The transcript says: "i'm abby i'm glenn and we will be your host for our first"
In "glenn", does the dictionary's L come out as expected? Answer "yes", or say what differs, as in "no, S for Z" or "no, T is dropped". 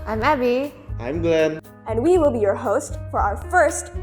no, L is dropped